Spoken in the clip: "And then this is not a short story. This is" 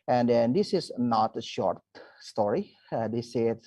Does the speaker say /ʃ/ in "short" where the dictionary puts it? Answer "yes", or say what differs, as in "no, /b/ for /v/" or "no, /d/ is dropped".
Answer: yes